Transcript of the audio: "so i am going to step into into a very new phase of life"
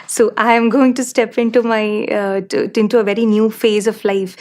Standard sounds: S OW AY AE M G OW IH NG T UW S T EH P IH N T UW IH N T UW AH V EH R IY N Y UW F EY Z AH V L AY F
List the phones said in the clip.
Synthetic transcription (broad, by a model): S OW AY M G OW IH NG T UW S T EH P IH N T UW IH N T UW AH V EH R IY N Y UW F EY Z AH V L AY F